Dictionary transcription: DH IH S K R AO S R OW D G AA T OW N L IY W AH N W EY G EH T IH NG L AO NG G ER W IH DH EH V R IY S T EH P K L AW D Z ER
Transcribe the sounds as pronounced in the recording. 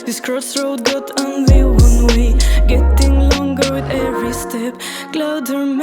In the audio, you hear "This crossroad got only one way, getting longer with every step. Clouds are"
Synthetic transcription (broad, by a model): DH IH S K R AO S R OW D G AA T OW N L IY W AH N W EY G EH T IH NG L AO NG G ER W IH DH EH V R IY S T EH P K L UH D ER